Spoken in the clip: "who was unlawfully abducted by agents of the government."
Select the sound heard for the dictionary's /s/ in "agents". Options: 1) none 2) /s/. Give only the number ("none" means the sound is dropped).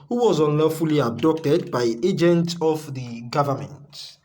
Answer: 1